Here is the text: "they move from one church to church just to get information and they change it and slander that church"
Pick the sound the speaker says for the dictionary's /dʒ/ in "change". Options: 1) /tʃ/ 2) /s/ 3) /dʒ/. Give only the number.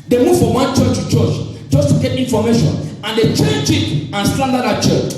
1